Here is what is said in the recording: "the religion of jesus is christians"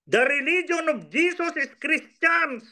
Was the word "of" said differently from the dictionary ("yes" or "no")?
yes